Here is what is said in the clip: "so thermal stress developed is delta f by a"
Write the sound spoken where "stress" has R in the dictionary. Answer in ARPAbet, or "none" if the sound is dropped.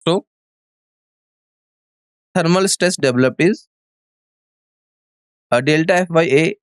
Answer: none